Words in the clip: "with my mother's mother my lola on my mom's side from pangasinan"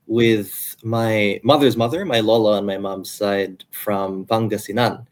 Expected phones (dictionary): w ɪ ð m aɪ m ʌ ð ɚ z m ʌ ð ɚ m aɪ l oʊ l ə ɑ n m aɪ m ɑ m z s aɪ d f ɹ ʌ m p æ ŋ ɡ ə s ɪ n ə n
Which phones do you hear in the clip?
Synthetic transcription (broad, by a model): w ɪ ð m aɪ m ʌ ð ɚ z m ʌ ð ɚ m aɪ l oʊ l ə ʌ n m aɪ m ɑ m z s aɪ d f ɹ ʌ m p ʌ ŋ ɡ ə s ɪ n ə n